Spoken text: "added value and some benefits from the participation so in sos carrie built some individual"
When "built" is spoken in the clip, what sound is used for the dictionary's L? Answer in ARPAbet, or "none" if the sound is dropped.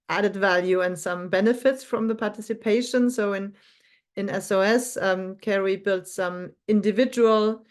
L